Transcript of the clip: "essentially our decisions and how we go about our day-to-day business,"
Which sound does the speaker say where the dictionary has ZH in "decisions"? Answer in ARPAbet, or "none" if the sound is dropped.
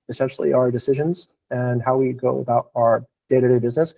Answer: ZH